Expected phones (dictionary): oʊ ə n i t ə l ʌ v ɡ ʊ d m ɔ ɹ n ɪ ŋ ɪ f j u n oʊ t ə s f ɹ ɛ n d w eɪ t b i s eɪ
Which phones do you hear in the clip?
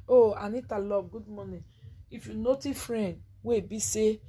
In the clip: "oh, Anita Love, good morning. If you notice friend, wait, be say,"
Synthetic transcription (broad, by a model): oʊ ə n i t ə l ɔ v ɡ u d m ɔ n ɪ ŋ ɪ f j u n oʊ t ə f ɹ ɛ n d w eɪ b i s eɪ